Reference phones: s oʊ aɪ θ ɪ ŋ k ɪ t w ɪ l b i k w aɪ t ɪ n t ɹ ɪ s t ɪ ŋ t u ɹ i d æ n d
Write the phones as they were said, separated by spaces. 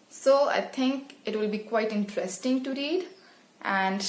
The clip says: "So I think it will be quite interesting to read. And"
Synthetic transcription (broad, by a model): s oʊ aɪ t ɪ ŋ k ɪ t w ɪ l b i k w aɪ t ɪ n t ɹ ɪ s t ɪ ŋ t u ɹ i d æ n d